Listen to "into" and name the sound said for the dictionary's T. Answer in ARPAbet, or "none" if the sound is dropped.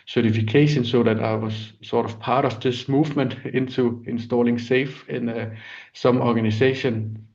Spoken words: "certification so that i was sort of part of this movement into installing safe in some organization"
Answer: S